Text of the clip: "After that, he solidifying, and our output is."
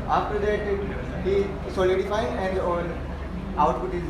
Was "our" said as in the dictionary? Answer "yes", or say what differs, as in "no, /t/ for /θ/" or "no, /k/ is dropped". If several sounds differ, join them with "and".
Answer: no, /l/ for /ɹ/